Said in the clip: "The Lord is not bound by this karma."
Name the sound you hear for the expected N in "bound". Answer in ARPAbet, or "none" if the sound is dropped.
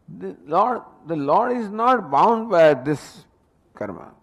N